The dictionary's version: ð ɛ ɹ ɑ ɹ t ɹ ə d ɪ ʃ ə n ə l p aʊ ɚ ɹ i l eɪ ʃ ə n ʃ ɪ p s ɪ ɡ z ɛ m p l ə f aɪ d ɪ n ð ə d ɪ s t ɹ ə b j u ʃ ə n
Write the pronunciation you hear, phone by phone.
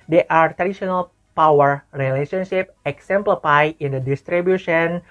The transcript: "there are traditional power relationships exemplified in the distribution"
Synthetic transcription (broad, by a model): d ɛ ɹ ɑ ɹ t ɹ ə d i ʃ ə n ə l p aʊ ɚ ɹ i l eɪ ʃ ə n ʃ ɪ p ɪ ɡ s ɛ m p l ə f aɪ ɪ n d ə d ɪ s t ɹ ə b j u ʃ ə n